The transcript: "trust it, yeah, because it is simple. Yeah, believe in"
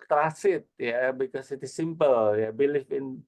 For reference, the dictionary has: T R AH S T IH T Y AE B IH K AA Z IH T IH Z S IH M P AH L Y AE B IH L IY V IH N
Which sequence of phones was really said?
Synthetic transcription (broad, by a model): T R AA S IH T Y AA B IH K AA S IH T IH S IH M P AH L Y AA B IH L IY F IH N